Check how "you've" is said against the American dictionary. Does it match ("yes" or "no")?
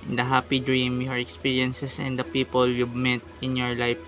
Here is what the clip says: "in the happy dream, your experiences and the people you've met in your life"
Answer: no